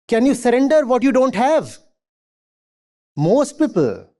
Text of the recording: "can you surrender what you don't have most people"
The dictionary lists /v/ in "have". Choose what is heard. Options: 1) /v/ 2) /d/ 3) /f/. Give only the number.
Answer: 1